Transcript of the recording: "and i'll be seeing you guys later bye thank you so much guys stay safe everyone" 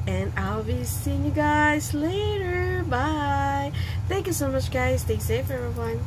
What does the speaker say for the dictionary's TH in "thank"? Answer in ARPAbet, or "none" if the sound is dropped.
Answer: TH